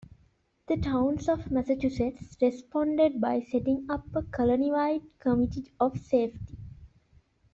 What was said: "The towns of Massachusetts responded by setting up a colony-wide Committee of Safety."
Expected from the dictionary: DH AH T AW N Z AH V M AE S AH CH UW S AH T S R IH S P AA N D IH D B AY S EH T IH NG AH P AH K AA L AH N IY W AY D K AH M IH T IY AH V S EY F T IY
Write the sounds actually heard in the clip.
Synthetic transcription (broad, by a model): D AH T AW N S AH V M AE S AH CH UW S AH T S R IH S P AA N D IH D B AY S EH T IH NG AH P AH K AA L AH N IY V AY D K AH M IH T IY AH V S EY F T IY